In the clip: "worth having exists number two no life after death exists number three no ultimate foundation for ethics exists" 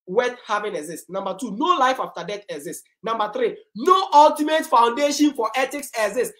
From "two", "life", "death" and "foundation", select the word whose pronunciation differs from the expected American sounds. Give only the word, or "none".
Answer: death